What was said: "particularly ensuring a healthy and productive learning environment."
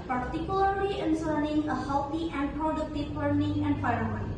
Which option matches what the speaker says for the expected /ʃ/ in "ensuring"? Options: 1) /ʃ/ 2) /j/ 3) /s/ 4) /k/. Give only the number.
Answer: 3